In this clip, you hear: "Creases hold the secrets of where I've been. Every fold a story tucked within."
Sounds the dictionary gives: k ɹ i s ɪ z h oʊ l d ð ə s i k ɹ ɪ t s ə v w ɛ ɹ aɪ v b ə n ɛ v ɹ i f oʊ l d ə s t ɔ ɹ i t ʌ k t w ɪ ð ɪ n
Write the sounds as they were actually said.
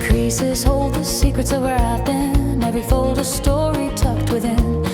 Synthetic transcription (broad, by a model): k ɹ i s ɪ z h oʊ l d ð ə s i k ɹ ɪ t s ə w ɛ ɹ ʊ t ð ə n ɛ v i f oʊ l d ə s t ɔ ɹ i t ʌ k t w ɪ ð ɪ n